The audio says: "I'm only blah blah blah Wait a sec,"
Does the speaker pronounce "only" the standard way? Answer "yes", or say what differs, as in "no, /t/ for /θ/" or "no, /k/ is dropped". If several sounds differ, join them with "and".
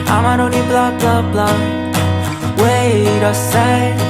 no, /l/ is dropped